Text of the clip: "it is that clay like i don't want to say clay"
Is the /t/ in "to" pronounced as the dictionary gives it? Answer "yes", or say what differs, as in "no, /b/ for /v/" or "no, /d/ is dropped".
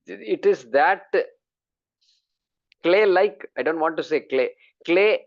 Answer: no, /s/ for /t/